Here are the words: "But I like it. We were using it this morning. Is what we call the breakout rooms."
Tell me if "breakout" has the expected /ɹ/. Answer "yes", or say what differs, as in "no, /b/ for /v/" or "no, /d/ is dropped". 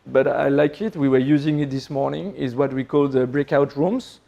yes